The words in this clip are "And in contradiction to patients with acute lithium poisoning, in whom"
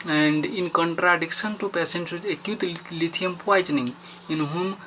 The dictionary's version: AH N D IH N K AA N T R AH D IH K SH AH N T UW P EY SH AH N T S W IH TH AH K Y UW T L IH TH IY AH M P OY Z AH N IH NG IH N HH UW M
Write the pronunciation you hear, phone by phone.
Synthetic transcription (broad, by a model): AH N D IH N K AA N T R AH D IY K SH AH N T UW P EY S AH N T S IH AH K Y UW T L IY T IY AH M P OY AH N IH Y IH N HH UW M